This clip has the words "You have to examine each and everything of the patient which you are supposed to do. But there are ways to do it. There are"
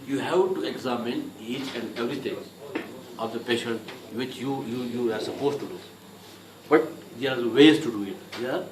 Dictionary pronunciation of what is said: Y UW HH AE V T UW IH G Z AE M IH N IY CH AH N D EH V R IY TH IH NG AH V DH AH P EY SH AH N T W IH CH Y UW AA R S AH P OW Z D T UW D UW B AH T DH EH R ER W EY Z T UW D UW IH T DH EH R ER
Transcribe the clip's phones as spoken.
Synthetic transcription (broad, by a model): Y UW HH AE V T UW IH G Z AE M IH N IY CH AH N D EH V R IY T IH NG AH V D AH P EY SH AH N T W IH CH Y UW AA R S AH P OW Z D T UW D UW B AH T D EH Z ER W EY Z T UW D UW IH T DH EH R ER